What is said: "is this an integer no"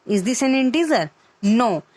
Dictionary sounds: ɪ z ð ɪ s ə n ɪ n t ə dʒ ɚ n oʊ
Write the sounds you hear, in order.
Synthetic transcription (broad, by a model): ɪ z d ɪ s ə n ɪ n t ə z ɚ n oʊ